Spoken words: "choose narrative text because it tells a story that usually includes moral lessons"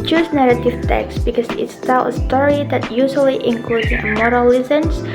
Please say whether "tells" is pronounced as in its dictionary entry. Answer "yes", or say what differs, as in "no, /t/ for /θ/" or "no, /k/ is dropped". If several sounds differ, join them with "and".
no, /z/ is dropped